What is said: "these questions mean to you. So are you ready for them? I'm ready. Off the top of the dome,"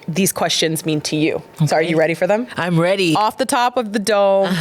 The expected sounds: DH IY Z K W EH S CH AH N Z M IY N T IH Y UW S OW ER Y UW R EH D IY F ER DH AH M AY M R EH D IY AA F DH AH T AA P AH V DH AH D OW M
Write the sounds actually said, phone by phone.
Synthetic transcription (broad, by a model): DH IY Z K W EH S CH AH N Z M IY N T IH Y UW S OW ER Y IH R EH D IY F ER DH AH M AY M R EH D IY AA F DH AH T AA P AH V DH AH D OW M